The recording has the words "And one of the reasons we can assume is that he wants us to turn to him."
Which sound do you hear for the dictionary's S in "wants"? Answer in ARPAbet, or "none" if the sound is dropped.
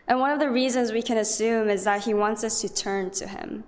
S